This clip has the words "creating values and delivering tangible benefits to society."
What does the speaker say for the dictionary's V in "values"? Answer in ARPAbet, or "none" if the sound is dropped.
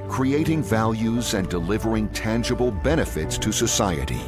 V